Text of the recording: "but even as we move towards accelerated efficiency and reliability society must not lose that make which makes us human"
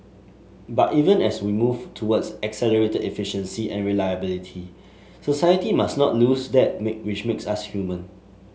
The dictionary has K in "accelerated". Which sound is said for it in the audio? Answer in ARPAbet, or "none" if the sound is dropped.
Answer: K